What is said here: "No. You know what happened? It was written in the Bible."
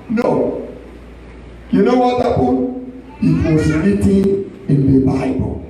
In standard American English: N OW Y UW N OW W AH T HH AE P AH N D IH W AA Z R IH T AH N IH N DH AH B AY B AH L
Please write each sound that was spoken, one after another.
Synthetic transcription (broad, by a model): N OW Y UW N OW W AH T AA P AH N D IH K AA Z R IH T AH IH N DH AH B AY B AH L